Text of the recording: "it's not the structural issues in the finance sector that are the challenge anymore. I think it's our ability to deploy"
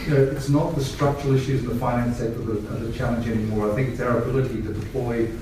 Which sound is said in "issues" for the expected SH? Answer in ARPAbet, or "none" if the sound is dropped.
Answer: SH